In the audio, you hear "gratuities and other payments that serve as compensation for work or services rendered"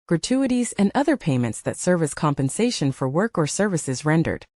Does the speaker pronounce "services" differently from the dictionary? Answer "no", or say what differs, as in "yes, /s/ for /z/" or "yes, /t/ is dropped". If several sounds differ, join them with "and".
no